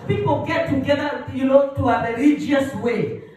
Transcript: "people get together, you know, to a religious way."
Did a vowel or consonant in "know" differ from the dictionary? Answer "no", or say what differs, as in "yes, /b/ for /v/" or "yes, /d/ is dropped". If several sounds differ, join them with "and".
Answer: yes, /l/ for /n/